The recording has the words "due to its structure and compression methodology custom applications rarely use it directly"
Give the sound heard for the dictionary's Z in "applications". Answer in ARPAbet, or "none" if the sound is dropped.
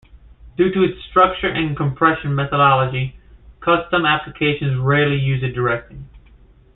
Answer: Z